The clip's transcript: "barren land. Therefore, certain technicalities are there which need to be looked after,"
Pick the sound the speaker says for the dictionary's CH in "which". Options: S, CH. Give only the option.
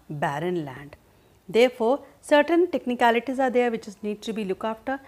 S